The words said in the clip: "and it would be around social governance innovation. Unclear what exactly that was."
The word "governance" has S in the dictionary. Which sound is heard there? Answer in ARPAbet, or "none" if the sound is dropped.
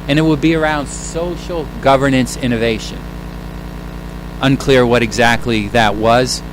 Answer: S